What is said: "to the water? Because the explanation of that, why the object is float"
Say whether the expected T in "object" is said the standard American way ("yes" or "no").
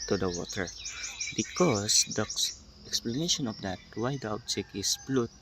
no